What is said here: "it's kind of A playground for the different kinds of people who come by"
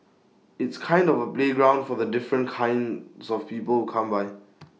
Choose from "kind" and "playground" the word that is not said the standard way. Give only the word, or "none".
none